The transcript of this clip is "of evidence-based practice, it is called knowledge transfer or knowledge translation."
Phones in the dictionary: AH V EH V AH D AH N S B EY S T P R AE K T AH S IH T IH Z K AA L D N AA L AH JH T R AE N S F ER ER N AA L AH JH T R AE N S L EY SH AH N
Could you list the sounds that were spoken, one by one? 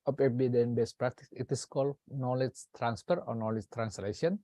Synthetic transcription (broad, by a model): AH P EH B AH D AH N B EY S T P R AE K T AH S IH T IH S K AA L D N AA L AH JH T R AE N S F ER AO N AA L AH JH T R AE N S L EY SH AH N